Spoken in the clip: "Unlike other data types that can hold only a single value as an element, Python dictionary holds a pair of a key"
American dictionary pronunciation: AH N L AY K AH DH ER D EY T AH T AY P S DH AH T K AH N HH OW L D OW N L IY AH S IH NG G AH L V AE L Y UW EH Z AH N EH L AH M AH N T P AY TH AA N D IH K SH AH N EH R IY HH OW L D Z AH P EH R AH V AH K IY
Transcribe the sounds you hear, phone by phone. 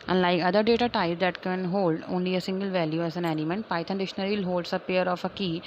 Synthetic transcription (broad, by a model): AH N L AY K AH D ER D EY T AH T AY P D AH T K AH N HH OW L D OW N L IY AH S IH NG G AH L V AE L Y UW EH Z AH N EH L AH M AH N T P AY T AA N D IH SH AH N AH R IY HH OW L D S AH P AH R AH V AH K IY